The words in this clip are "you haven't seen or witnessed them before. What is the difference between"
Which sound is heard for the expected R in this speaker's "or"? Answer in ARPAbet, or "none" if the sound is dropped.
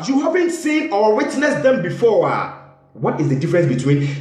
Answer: W